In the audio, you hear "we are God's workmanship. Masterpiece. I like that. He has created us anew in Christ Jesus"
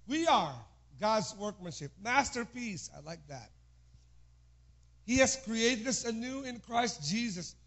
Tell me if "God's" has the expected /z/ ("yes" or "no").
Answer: yes